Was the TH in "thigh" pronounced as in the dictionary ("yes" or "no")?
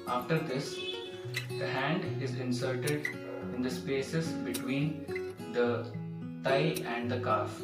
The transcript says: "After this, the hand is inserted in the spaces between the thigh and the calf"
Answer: no